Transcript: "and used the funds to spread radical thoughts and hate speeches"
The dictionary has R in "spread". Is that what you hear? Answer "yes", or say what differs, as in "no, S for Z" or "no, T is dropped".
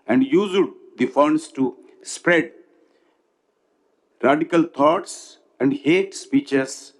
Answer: yes